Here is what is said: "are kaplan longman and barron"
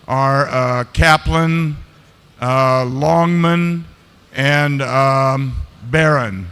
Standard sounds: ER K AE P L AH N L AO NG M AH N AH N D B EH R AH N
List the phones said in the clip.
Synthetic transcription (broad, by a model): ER K AE P L AH N L AO NG M AH N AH N B EH R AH N